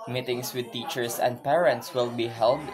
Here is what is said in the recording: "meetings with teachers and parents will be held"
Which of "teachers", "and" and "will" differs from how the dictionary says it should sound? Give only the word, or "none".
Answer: teachers